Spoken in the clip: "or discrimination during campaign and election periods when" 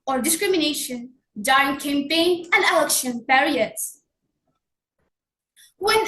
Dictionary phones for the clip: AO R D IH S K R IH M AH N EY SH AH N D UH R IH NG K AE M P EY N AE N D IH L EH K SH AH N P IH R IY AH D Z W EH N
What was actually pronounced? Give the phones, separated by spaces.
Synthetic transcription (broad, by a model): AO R D IH S K R IH M AH N EY SH AH N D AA IH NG K AE M P EY N AE N D IH L EH K SH AH N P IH R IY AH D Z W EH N